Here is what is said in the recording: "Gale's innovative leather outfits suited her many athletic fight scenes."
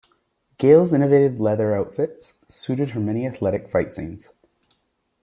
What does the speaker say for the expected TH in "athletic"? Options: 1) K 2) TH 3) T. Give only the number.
2